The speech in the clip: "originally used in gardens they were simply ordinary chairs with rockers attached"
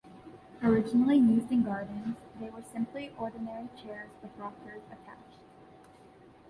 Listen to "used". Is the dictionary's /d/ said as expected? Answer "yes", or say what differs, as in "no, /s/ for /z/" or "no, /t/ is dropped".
no, /d/ is dropped